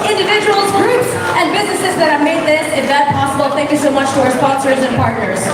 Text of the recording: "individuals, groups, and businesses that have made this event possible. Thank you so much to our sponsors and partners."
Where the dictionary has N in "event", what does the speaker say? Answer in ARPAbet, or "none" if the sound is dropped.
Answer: none